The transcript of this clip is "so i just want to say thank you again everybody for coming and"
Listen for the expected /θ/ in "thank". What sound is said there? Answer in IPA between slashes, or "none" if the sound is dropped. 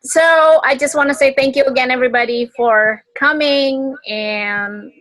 /θ/